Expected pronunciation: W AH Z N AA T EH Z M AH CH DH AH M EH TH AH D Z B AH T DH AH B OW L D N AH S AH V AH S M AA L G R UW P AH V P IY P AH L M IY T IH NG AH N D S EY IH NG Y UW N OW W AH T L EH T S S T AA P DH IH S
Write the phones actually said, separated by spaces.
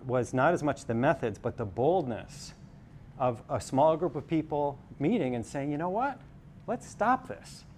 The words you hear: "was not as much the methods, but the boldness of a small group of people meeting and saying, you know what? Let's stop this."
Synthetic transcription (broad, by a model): W AH Z N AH T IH Z M AH CH DH AH M EH TH AH D Z B AH T DH AH B OW L D N AH S AH V AH S M AA L G R UW P AH V P IY P L M IY T IH NG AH N S EY IH NG Y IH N OW W AH T L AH T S S T AA P DH IH S